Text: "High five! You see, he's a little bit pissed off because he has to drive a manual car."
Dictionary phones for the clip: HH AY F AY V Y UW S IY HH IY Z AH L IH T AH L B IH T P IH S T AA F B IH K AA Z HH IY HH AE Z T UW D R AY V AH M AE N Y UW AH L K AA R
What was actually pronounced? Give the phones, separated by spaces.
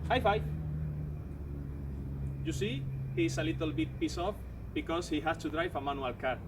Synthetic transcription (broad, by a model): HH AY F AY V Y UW S IY HH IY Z AH L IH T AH L B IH T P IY S AA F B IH K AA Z HH IY HH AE S T UW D R AY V AH M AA N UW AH L K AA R